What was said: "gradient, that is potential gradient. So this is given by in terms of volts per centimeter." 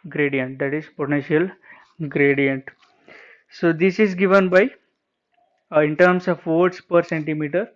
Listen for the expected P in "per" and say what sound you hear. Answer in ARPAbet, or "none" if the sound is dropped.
P